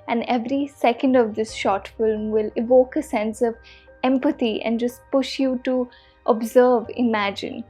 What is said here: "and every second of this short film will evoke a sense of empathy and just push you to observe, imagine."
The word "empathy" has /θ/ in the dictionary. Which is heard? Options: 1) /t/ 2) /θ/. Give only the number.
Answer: 1